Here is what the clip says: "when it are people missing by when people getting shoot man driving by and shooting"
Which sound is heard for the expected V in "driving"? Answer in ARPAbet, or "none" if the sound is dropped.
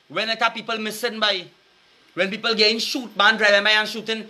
none